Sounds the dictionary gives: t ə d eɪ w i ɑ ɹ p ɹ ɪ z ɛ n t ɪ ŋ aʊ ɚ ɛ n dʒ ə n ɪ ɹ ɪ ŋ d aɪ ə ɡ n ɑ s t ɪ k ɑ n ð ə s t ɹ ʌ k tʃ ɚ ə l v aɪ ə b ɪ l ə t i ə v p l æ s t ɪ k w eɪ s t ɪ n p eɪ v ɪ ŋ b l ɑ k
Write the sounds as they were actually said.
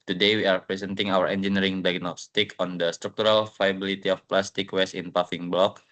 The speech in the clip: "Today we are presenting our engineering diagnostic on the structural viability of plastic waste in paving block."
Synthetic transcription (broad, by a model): t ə d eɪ w i ɑ ɹ p ɹ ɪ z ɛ n t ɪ ŋ aʊ ɚ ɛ n dʒ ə n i ɹ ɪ ŋ d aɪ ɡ n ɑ s t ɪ k ɑ n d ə s t ɹ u k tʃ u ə l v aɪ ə b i l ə t i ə f p l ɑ s t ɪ k w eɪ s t ɪ n p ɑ f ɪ ŋ b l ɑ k